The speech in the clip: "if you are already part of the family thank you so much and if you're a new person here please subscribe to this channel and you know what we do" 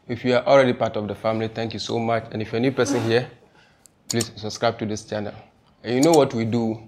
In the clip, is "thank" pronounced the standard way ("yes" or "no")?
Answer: no